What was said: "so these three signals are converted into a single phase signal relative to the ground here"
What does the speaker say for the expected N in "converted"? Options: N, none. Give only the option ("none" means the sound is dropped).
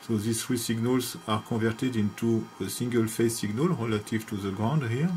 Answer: none